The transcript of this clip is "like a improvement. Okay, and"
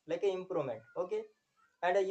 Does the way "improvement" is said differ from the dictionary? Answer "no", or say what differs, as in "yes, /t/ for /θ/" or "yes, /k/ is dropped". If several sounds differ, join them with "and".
yes, /v/ is dropped